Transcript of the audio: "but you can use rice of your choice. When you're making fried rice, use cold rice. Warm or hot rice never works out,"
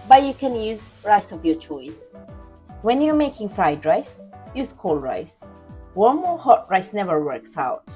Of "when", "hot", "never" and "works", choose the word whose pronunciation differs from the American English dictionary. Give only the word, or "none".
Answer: none